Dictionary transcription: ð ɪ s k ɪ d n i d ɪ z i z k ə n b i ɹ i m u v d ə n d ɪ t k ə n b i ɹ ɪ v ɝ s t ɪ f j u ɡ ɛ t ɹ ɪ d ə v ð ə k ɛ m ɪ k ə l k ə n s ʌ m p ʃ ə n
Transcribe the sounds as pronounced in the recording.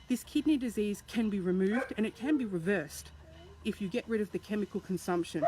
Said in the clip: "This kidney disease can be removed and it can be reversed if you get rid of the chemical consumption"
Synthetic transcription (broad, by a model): ð ɪ s k ɪ d n i d ɪ z i z k ə n b i ɹ i m u v d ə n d ɪ t k ə n b i ɹ ɪ v ɝ s t ɪ f j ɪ ɡ ɛ t ɹ ɪ d ə v ð ə k ɛ m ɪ k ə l k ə n s ʌ m p ʃ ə n